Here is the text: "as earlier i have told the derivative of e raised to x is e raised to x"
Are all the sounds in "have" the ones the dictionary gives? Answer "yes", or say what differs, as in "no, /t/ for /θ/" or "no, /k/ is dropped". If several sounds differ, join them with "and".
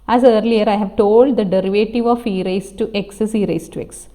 yes